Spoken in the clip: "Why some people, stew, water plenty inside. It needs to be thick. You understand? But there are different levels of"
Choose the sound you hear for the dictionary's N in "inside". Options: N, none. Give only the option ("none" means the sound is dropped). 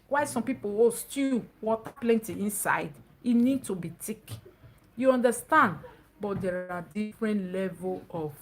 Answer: N